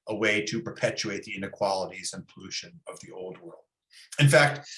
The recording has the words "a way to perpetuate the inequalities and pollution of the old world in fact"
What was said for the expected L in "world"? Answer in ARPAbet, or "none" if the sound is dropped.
L